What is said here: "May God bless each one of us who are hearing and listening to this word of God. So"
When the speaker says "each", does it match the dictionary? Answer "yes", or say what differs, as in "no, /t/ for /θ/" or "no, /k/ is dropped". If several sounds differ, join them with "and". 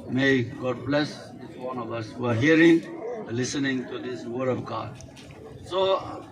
no, /s/ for /tʃ/